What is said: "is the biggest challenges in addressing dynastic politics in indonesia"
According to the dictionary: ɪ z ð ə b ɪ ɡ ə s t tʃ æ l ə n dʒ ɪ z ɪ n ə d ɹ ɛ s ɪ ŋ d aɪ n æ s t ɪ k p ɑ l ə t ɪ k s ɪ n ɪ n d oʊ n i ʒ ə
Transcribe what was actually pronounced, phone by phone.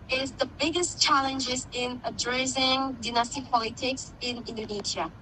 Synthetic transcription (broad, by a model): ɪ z ð ə b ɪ ɡ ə s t tʃ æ l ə n dʒ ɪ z ɪ n ə d ɹ ɛ s ɪ ŋ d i n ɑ s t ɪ p ɑ l ə t ɪ k s ɪ n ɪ n d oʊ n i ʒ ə